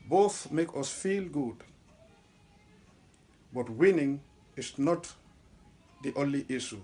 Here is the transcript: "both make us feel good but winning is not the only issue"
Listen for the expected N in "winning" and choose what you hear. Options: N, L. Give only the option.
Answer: N